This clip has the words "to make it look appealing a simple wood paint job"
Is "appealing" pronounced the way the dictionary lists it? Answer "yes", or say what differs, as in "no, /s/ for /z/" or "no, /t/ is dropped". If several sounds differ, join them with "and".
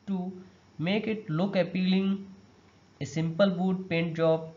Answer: yes